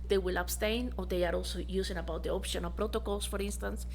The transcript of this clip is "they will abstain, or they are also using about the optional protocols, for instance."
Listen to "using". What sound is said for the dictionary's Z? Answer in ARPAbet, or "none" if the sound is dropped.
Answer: S